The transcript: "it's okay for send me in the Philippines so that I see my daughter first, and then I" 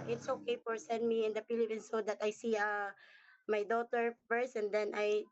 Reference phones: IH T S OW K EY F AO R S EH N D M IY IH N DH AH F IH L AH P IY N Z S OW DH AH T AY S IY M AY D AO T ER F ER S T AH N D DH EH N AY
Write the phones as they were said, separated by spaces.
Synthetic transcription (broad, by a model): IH T S OW K EY F AO R S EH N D M IY IH N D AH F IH L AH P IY N S OW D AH T AY S IY M AY D AO T ER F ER S AH N D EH N AY